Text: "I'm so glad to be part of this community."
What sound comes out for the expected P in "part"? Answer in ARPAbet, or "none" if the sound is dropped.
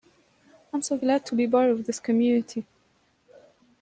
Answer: B